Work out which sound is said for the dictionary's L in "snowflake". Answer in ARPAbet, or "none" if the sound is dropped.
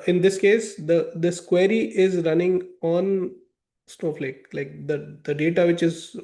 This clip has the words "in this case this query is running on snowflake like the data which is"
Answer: L